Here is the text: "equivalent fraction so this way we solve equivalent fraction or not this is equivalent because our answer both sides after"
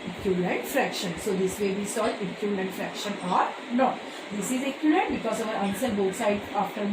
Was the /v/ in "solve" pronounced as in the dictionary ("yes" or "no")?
no